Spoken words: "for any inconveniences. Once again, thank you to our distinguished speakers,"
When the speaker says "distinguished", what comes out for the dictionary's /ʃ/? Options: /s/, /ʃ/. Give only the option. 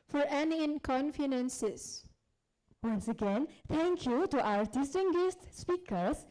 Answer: /s/